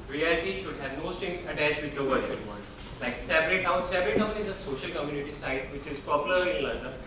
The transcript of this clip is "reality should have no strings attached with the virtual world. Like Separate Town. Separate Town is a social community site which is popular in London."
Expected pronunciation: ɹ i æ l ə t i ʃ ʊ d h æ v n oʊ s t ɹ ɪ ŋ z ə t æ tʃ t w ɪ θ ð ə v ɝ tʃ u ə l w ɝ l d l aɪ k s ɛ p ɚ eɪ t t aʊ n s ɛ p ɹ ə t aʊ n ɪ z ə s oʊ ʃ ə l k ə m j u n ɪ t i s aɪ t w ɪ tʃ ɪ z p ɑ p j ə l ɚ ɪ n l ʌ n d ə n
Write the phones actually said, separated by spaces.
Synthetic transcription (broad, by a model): ɹ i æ l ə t i ʃ ʊ d h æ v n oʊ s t ɪ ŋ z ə t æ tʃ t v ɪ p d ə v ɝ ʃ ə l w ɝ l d l aɪ k s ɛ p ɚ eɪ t t aʊ n s ɛ p ɹ ə t aʊ n ɪ z ə s oʊ ʃ ə l k ə m j u n ɪ t i s aɪ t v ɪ tʃ ɪ z p ɑ p j ə l ɚ ɪ n l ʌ n d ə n